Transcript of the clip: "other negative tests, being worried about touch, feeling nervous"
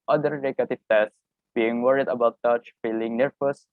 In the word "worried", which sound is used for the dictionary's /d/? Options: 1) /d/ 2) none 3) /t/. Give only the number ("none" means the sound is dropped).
1